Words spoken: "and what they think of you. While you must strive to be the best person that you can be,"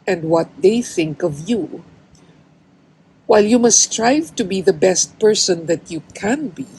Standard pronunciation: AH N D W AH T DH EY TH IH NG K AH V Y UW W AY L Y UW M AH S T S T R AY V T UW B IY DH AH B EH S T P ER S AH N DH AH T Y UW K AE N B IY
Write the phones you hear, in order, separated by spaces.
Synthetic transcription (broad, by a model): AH N D W AH T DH EY TH IH NG K AH V Y UW W AY L Y UW M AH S S T R AY V T UW B IY DH AH B EH S T P ER S AH N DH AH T Y UW K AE N B IY